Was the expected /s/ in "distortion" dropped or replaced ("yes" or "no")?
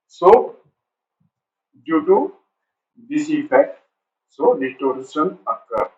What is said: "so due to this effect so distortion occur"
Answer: yes